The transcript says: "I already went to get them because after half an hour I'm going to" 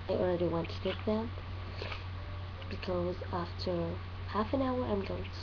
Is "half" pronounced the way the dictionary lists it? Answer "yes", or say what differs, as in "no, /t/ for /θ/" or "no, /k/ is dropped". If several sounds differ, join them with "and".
yes